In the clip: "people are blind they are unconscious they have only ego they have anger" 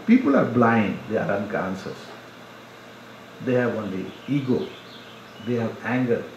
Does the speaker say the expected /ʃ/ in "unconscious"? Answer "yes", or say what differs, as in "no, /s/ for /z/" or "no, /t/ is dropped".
no, /s/ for /ʃ/